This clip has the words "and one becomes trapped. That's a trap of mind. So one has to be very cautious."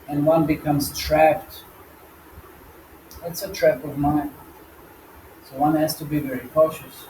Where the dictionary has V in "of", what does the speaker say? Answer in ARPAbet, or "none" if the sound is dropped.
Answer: V